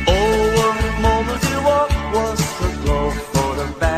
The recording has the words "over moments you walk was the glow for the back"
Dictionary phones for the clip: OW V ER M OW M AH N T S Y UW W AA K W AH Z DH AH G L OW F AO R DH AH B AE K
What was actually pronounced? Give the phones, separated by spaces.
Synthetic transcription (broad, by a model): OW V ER M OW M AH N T Y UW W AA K W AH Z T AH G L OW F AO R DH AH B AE